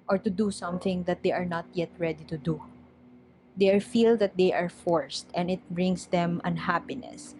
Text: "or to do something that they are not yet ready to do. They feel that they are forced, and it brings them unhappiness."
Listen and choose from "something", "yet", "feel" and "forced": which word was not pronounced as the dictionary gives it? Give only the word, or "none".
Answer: none